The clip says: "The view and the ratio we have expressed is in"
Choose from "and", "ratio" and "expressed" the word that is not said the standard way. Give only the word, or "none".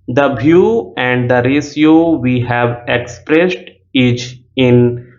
ratio